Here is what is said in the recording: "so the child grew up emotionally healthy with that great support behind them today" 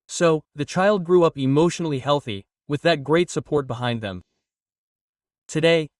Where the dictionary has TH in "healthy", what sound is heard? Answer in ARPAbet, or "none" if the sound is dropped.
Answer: TH